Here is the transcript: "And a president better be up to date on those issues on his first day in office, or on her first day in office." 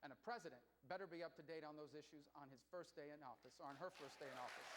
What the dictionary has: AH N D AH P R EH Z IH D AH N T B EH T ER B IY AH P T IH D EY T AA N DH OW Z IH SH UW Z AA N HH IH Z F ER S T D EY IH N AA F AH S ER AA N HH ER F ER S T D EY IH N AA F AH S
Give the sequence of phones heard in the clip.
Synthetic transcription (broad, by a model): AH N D AH P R EH Z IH D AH N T B EH T ER B IY AH P T IH D EY T N DH OW Z IH SH UW Z N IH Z F ER S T D EY IH N AA F AH S ER N ER F ER S D EY IH N AA F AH S